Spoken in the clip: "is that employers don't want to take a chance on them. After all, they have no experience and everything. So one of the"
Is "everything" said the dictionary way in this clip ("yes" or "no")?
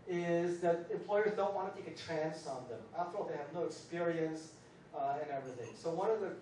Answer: yes